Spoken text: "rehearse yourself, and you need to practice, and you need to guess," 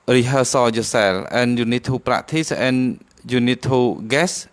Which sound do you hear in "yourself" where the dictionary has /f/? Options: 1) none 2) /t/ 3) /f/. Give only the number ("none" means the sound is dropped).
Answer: 1